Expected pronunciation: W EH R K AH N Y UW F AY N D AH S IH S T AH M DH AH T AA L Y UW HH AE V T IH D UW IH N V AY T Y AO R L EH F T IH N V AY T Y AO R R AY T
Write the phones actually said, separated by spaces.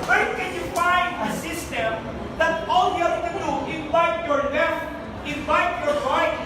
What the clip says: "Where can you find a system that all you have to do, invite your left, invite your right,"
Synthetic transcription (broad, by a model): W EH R K AH N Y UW F AY N D AH S IH S T AH M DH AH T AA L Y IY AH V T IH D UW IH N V AY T Y AO R N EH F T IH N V AY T Y AO R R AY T